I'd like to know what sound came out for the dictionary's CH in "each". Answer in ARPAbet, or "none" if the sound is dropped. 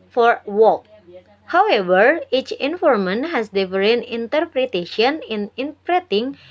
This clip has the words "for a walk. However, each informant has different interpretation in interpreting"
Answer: CH